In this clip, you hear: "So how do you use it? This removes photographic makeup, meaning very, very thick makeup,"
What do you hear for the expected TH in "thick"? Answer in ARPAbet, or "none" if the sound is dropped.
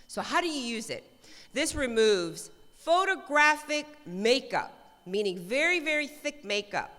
TH